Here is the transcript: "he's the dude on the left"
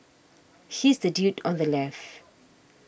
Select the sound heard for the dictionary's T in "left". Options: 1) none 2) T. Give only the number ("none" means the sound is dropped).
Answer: 1